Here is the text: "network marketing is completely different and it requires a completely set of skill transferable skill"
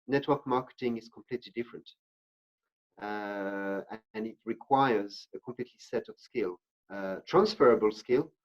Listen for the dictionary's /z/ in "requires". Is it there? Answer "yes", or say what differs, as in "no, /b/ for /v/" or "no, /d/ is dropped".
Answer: yes